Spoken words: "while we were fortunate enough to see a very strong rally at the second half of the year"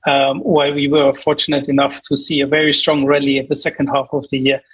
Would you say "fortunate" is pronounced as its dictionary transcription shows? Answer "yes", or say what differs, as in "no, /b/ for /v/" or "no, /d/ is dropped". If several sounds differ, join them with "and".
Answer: yes